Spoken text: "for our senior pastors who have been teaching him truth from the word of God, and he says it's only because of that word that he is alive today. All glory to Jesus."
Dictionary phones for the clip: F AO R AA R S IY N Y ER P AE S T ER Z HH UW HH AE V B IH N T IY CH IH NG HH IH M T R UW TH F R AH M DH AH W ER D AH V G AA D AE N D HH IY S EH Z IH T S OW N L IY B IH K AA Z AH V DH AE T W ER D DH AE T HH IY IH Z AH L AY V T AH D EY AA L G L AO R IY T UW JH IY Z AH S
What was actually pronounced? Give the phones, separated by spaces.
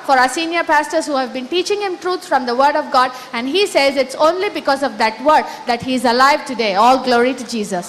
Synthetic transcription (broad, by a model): F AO R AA S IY N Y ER P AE S T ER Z HH UW HH AE V B IH N T IY CH IH NG HH IH M T R UW S F R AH M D AH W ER D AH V G AA D AE N D HH IY S EH Z IH T S OW N L IY B IH K AA Z AH V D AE T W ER D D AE T HH IY IH Z AH L AY V T AH D EY AA L G L AO R IY T UW JH IY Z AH S